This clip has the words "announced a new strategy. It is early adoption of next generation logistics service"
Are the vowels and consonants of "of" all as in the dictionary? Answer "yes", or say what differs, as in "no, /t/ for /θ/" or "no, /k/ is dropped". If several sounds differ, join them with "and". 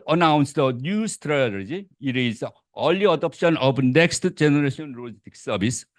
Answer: no, /b/ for /v/